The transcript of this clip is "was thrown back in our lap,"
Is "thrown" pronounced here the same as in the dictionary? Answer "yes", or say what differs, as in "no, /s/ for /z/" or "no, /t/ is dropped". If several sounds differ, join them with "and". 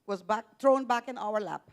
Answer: no, /t/ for /θ/